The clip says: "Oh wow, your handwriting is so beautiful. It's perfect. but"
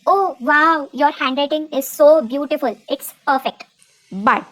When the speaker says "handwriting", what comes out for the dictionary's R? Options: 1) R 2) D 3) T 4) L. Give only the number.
4